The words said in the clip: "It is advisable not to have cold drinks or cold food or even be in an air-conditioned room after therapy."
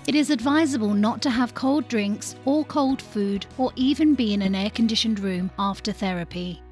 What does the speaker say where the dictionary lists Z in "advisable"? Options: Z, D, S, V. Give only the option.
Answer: Z